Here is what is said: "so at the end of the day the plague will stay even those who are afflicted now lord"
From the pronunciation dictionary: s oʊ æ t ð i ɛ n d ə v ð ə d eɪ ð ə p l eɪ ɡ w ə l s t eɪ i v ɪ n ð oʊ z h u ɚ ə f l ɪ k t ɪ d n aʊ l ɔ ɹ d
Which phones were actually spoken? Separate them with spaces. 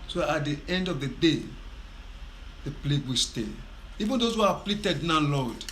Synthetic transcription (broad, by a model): s oʊ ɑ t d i ɛ n d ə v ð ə d eɪ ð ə p l eɪ ɡ w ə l s t eɪ i v ɪ n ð oʊ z h u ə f l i t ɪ d n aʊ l ɔ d